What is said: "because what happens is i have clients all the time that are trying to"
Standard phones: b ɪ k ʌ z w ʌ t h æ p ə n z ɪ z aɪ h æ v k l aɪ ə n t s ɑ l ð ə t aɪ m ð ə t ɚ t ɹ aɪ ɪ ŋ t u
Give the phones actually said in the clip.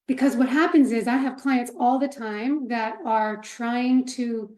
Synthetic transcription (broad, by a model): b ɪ k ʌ z w ʌ t h æ p ə n z ɪ z aɪ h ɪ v k l aɪ ə n t s ɑ l ð ə t aɪ m ð ə t ɚ t ɹ aɪ ɪ ŋ t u